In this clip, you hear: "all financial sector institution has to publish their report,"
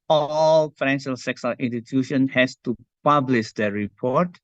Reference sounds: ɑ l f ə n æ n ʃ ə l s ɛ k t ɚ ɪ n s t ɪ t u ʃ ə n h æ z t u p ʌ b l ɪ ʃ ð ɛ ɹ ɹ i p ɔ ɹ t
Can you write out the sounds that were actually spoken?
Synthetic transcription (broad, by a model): ɑ l f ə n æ n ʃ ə l s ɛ k s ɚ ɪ n s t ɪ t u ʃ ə n h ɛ s t u p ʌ b l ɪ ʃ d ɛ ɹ ɹ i p ɔ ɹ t